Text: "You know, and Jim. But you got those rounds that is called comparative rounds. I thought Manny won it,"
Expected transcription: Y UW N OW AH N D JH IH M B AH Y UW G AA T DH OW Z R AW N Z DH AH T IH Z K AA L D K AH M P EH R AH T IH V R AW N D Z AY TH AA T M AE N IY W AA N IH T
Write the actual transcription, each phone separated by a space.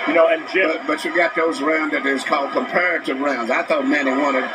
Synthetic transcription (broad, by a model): Y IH N OW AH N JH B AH B AH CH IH G AA T DH OW Z R AW N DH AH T IH Z K AA L D K AH M P EH R AH T IH V R AW N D Z AY TH AA T M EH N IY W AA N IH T